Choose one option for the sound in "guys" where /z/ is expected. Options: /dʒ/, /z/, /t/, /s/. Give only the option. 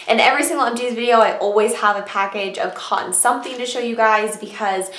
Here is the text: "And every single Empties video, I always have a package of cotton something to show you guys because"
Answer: /z/